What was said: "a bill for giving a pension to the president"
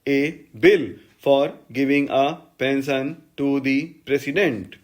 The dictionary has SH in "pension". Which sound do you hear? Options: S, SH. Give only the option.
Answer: S